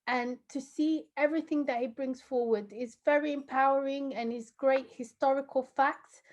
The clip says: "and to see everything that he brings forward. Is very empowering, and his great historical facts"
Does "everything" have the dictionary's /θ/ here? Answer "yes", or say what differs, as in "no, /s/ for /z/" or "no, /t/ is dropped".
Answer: yes